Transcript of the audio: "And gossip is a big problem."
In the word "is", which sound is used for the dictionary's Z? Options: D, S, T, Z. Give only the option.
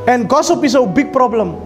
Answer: S